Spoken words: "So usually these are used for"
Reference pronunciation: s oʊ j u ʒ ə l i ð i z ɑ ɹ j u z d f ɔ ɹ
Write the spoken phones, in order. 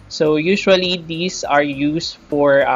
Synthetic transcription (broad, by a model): s oʊ j u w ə l i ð i s ɑ ɹ j u s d f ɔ ɹ